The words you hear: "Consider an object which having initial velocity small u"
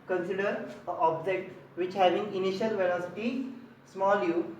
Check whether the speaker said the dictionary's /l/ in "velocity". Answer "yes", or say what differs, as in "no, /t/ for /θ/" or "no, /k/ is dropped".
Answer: no, /n/ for /l/